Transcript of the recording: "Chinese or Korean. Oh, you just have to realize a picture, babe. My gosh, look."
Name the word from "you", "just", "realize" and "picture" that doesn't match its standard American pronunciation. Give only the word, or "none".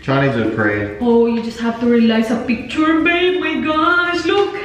realize